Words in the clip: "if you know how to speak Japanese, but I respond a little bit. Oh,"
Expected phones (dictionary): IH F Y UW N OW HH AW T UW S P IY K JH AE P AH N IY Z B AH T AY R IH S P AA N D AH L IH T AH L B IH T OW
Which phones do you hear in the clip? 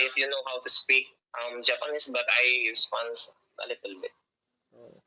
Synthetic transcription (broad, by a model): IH F Y UW N OW HH AW T UW S P IY K JH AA P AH N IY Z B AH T AY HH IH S F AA N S AH L IH T AH L B IH T